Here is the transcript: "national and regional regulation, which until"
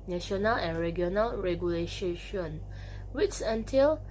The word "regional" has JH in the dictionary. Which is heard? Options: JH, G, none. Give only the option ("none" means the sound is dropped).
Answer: none